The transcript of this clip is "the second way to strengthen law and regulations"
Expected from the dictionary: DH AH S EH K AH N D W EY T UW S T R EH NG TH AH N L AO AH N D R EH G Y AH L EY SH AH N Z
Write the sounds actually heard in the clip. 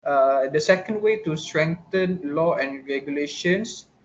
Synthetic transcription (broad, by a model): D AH S EH K AH N D W EY T UW S T R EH NG T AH N L AO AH N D R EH G Y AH L EY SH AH N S